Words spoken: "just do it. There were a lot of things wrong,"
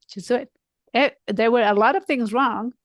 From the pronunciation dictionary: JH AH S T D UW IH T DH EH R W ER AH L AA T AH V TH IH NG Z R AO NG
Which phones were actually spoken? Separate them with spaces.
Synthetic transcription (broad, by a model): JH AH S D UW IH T DH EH R W ER AH L AA T AH V TH IH NG Z R AO NG